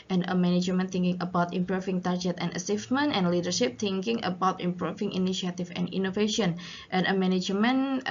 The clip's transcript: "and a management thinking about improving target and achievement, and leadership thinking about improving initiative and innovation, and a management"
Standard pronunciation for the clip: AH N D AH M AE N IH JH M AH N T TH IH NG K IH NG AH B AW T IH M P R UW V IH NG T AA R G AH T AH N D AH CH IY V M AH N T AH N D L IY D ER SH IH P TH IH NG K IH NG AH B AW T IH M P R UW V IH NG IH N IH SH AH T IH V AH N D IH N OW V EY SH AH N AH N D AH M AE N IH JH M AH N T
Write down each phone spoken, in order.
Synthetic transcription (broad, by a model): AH N AH M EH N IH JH M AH N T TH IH NG K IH NG AH B AW T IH M P R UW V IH NG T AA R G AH T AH N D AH S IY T M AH N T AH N L IY D ER SH IH P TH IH NG K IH NG AH B AW T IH M P R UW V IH NG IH N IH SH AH T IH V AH N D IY N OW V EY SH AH N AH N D AH M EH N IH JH M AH N